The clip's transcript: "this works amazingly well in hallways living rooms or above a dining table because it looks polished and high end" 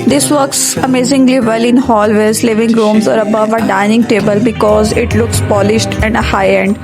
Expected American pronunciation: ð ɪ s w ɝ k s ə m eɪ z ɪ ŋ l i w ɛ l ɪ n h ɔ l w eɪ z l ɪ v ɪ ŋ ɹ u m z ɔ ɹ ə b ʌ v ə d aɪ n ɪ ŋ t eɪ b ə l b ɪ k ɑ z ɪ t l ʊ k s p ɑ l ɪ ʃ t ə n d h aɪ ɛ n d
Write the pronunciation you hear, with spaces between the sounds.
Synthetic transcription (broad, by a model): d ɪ s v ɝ k s ə m eɪ z ɪ ŋ l i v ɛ l ɪ n h ɔ l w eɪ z l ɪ v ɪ ŋ ɹ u m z ɔ ɹ ə b ʌ v ə d aɪ n ɪ ŋ t eɪ b ə l b ɪ k ɑ z ɪ t l ʊ k s p ɑ l ɪ ʃ t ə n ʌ h aɪ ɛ n d